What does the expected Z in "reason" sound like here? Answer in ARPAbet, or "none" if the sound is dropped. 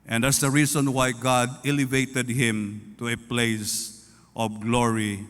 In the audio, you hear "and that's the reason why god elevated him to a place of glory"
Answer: S